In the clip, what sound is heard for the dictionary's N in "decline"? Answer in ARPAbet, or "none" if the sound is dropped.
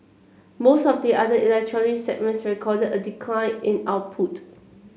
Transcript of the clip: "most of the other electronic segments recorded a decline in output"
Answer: N